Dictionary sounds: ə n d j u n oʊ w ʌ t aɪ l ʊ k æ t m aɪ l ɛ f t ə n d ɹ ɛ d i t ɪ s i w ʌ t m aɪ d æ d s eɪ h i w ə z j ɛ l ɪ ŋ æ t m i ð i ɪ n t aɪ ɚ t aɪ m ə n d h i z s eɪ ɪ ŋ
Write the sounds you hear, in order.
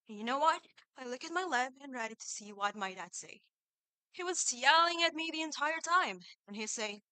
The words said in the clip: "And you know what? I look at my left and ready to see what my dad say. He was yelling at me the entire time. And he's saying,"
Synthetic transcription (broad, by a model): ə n j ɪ n oʊ w ʌ t aɪ l ʊ k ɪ t m aɪ l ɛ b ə n ɹ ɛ d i t ɪ s i w ʌ t m aɪ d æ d s eɪ h i w ə z j ɛ l ɪ ŋ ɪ t m i ð i ɪ n t aɪ ɚ t aɪ m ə n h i s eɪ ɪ